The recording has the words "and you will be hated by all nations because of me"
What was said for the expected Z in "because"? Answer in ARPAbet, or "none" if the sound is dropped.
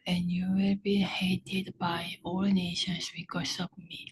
S